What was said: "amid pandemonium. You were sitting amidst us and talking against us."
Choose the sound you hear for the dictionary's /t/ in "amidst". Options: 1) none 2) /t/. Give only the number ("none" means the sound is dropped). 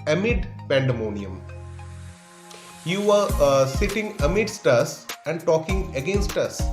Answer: 2